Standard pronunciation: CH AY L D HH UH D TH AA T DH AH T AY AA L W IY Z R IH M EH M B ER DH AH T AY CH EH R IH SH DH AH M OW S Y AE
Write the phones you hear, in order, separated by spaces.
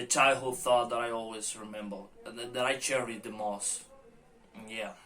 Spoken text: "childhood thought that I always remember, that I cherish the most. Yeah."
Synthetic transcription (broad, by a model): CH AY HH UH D TH AA T DH AH T AY AA L W IY Z R IH M EH M B ER DH AH T AY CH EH R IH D DH AH M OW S Y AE